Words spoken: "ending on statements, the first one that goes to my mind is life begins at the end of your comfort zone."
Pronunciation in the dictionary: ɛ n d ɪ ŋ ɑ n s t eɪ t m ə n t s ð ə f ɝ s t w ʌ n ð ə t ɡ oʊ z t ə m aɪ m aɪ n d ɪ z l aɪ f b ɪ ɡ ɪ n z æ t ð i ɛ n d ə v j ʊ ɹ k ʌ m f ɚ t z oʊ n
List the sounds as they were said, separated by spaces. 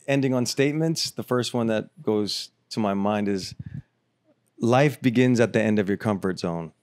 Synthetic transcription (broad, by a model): ɛ n d ɪ ŋ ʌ n s t eɪ t m ə n t s ð ə f ɝ s t w ʌ n ð ə t ɡ oʊ z t ə m aɪ m aɪ n d ɪ z l aɪ f b ɪ ɡ ɪ n z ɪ t ð i ɛ n d ə v j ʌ ɹ k ʌ m f ɚ t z oʊ n